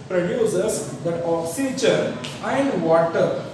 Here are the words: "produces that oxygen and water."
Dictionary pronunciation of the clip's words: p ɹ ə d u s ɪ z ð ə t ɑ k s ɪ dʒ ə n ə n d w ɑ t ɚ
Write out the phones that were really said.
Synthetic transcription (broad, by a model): p ɹ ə d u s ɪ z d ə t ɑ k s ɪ tʃ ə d ə n d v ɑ t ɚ